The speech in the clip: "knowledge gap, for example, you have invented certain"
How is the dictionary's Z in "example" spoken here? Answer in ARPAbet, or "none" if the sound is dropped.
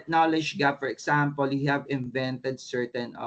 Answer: S